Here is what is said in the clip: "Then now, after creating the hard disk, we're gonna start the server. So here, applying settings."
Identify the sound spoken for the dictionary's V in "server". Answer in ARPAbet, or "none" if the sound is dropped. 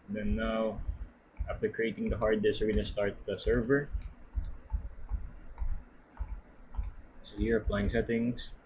V